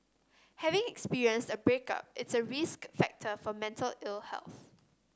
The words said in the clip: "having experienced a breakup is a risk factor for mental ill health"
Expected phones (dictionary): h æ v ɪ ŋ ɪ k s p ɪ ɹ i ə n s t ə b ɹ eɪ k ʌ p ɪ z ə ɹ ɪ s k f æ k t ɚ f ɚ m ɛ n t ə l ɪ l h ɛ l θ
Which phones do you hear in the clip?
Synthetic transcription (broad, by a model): h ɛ v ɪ ŋ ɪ k s p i ɹ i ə n s t ə b ɹ eɪ k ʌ p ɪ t ə ɹ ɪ s k f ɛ k t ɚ f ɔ m ɛ n t ə l ɪ l h ɛ l θ